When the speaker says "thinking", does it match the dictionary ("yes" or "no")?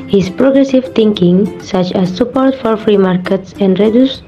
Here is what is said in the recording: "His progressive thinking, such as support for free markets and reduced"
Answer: no